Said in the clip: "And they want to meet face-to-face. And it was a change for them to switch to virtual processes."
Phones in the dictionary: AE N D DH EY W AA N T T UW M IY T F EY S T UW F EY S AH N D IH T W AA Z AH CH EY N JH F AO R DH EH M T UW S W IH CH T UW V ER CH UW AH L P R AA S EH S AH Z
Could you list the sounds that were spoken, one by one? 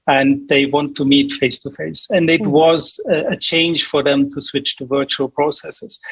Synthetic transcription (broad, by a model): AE N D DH EY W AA N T T UW M IY T F EY S T UW F EY S AH N D IH T W AA Z AH CH EY N JH F AO R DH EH M T UW S W IH CH T UW V ER CH UW AH L P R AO S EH S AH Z